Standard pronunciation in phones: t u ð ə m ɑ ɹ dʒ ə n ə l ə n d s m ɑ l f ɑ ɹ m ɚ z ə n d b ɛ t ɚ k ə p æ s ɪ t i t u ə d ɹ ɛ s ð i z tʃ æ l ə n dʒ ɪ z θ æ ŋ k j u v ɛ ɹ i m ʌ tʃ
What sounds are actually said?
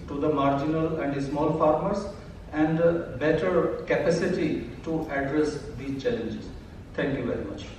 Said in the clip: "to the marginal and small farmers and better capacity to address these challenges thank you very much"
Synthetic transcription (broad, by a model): t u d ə m ɑ ɹ dʒ ə n ə l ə n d s m ɑ l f ɑ ɹ m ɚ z ə n d b ɛ t ɚ k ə p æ s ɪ t i t u ə d ɹ ɛ s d i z tʃ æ l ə n dʒ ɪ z t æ ŋ k j u v ɛ ɹ i m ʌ tʃ